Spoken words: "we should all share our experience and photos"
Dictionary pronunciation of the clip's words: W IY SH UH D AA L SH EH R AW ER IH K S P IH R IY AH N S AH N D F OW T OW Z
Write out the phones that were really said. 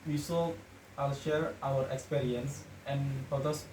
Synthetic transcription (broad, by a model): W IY S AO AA L SH EH R AW ER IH K S P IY R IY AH N S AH N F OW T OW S